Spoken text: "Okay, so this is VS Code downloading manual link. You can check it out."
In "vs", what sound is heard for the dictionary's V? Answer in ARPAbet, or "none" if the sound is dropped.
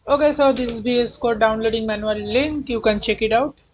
B